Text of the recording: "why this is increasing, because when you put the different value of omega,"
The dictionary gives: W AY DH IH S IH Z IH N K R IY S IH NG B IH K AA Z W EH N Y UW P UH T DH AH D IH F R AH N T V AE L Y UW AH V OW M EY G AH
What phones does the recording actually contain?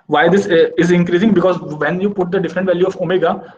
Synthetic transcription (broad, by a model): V AY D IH S IH Z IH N K R IY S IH NG B IH K AA Z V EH N Y UW P UH T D AH D IH F R AH N T V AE L Y UW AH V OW M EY G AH